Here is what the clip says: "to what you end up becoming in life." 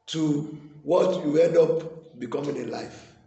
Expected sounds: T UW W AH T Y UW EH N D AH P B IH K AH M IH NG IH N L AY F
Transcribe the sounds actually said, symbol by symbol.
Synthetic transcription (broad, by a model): T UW W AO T Y UW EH D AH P B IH K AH M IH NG IH N L AY F